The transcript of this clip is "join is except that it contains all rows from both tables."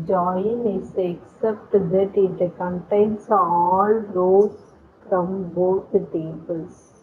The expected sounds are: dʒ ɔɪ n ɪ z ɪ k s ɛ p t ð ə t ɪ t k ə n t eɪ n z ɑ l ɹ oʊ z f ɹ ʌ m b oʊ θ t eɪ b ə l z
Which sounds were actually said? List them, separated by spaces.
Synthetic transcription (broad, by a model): dʒ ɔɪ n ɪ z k s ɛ p t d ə t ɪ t k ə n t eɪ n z ɑ l ɹ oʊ f ɹ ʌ m b oʊ t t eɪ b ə l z